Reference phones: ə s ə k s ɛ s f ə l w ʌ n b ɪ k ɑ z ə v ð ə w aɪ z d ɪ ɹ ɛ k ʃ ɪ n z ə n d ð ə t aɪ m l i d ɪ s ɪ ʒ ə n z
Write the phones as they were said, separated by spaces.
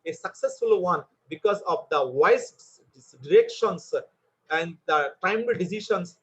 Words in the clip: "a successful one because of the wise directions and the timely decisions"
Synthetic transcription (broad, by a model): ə s ə k s ɛ s f ə l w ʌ n b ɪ k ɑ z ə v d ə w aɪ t d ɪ ɹ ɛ k ʃ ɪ n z ə n d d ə t aɪ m i d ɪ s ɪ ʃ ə n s